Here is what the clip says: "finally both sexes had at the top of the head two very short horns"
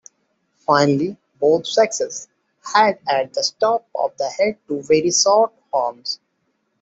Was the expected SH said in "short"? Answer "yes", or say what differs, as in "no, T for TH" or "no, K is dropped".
no, S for SH